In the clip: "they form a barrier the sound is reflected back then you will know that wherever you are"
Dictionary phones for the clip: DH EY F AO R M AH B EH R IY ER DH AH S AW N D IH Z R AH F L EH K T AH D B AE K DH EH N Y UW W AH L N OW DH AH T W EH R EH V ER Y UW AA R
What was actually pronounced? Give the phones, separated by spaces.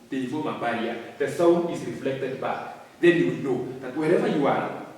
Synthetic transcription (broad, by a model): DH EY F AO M AH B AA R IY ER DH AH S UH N IH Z R AH F L EH K T AH D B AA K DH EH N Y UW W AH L N OW DH AH T W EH R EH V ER Y UW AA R